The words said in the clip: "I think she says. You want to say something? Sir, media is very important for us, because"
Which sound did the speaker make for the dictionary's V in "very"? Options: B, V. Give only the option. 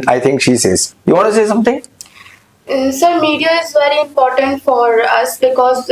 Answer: V